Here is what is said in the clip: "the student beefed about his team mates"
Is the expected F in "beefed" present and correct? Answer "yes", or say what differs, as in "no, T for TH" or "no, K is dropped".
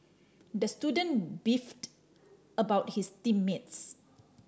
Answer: yes